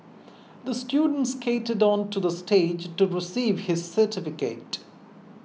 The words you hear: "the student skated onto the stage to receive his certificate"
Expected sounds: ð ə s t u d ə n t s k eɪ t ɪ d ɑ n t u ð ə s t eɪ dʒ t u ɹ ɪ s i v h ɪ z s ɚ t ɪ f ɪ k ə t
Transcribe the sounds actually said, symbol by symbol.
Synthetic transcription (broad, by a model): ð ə s t u d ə n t s k eɪ t ɪ d ɑ n t u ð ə s t eɪ dʒ t u ɹ ɪ s i v h ɪ z s ɚ t ɪ f ɪ k ə t